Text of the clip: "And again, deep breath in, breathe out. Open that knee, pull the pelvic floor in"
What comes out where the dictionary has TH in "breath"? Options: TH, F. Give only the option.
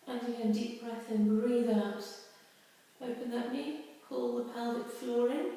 TH